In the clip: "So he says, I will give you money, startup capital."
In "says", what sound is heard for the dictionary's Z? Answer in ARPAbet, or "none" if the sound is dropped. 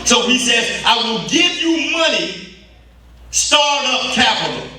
Z